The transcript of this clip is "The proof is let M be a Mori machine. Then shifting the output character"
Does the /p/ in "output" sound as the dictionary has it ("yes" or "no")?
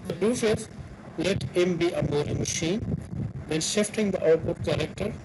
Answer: no